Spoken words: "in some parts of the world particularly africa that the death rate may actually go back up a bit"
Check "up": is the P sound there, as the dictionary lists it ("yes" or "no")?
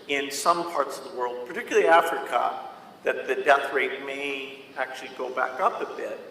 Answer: yes